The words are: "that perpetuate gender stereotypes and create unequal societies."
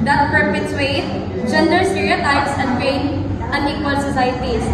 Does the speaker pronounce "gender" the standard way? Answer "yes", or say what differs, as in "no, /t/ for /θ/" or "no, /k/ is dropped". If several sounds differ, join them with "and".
yes